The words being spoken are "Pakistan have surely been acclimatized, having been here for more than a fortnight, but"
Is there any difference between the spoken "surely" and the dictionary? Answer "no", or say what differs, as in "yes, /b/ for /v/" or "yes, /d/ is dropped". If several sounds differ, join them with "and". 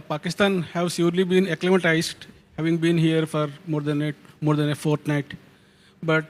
yes, /s/ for /ʃ/